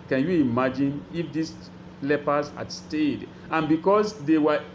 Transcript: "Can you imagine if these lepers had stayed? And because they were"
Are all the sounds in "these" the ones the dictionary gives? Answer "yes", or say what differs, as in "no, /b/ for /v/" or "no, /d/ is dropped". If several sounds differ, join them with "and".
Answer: no, /s/ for /z/